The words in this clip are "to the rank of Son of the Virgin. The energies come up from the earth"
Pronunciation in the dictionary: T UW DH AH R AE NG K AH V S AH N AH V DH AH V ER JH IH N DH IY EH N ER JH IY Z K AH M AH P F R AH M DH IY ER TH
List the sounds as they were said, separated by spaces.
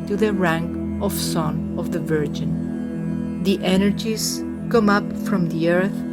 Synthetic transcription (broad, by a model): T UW DH AH R AE NG K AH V S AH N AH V DH AH V ER JH IH N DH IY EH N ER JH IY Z K AH M AH P F R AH M DH IY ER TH